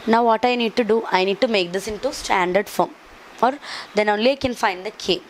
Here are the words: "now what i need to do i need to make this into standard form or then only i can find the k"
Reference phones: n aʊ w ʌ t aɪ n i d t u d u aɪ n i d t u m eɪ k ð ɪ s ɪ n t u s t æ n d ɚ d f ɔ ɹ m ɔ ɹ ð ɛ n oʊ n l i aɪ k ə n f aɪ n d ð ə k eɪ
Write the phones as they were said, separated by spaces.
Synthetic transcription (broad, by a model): n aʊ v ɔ t aɪ n i d t u d u aɪ n i d t u m eɪ k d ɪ s ɪ n t u s t æ n d ɚ d f ɔ ɹ m ɔ ɹ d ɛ n oʊ n l i aɪ k ə n f aɪ n d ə k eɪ